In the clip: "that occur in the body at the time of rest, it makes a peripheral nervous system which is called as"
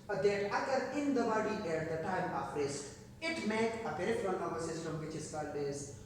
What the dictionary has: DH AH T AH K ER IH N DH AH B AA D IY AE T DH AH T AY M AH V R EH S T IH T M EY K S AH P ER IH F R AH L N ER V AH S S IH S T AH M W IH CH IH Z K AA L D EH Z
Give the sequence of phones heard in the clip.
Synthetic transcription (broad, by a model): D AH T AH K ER IH N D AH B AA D IY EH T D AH T AY M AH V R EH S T IH T M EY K AH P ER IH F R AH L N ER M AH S S IH S T AH M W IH CH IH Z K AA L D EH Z